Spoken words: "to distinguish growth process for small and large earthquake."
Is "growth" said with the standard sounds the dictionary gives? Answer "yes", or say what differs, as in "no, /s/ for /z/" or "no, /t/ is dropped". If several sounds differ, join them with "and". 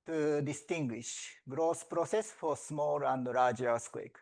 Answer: no, /s/ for /θ/